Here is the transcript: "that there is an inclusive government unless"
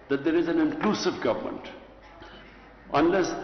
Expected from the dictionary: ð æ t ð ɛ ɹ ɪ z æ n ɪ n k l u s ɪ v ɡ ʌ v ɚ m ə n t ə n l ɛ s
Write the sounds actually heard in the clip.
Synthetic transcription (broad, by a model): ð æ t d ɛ ɹ ɪ z æ n ɪ n k l u s ɪ v ɡ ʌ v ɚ m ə n t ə n l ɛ s